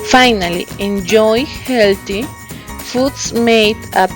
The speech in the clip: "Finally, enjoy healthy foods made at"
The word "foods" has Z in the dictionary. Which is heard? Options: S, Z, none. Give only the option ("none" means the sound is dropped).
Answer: S